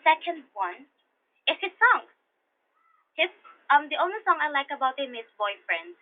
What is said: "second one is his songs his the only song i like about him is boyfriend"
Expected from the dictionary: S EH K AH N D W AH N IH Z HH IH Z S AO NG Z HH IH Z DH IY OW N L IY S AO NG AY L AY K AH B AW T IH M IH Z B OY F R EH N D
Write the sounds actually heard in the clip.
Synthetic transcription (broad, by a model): S EH K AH N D W AH N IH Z HH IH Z S AO NG HH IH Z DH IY OW N L IY S AO NG AY L AY K AH B AW T IH M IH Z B OY F R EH N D